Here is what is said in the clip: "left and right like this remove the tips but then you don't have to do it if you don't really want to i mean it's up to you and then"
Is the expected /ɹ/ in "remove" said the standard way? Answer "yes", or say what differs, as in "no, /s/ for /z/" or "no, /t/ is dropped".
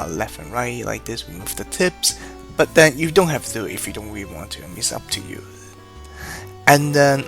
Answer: no, /w/ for /ɹ/